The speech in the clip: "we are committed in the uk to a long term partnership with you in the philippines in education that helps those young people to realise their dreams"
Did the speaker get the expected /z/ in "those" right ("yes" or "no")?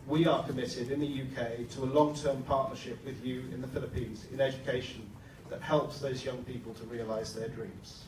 yes